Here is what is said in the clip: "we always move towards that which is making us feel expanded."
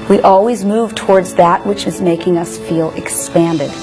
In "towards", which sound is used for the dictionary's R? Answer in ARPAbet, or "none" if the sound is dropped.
R